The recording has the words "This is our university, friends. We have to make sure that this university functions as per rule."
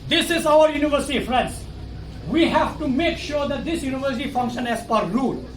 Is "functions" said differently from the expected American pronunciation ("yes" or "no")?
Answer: yes